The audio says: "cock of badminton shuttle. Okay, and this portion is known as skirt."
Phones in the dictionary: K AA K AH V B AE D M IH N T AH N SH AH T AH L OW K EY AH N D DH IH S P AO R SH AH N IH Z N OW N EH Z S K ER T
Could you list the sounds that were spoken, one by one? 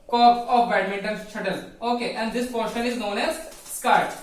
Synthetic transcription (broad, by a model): K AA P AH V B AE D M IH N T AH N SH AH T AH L OW K EY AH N D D IH S P AO R SH AH N IH Z N OW N EH Z S K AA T